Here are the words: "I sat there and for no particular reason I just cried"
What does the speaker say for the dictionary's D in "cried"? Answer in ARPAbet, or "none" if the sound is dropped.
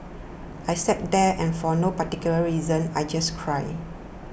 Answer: none